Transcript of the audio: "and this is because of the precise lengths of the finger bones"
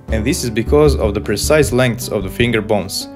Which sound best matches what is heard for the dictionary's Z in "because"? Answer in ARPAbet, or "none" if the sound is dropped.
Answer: Z